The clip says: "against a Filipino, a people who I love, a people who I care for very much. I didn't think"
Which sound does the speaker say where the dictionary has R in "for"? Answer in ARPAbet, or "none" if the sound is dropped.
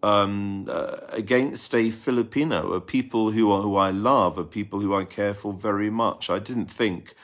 L